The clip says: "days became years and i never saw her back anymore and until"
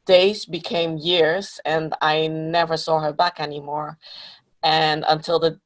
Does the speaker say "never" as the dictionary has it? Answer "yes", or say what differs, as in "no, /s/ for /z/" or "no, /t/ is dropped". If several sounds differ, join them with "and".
yes